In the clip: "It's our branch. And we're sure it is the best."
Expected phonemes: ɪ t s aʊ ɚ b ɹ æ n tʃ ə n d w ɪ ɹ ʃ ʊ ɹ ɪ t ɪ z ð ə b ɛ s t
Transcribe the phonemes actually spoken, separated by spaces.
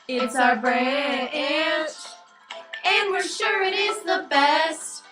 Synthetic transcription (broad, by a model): ɪ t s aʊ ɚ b ɹ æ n ə n w ɪ ɹ ʃ ʊ ɹ ɪ t ɪ z ð ə b ɛ s t